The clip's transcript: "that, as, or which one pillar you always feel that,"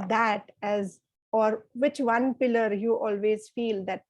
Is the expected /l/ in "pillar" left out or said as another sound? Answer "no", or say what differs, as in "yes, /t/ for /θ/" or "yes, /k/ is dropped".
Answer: no